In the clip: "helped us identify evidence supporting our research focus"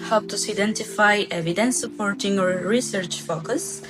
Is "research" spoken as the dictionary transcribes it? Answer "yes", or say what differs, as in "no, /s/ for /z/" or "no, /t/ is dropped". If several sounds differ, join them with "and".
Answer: yes